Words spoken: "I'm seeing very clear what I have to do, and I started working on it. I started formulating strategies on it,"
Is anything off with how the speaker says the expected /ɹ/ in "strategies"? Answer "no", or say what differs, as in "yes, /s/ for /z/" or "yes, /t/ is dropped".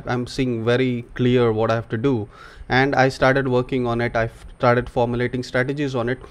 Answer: no